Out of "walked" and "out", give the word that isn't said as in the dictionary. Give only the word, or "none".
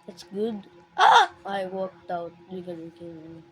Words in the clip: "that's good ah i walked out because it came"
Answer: none